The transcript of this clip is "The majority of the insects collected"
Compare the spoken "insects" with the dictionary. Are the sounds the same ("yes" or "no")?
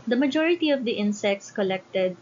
yes